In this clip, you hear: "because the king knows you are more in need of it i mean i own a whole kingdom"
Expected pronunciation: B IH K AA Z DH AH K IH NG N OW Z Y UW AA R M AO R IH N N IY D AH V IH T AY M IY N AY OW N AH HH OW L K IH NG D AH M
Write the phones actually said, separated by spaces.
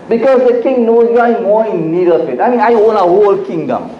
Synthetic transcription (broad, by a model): B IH K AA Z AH K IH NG N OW Y UW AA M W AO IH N N IY D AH F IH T AY M IY N AY OW N AH HH OW L K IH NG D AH M